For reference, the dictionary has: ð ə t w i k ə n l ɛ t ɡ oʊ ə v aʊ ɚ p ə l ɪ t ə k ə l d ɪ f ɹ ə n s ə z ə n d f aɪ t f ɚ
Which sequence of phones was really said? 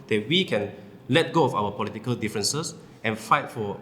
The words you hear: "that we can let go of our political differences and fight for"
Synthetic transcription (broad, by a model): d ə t w i k ə n l ɛ t ɡ oʊ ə f aʊ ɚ p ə l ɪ t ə k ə l d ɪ f ɹ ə n s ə s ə n f aɪ t f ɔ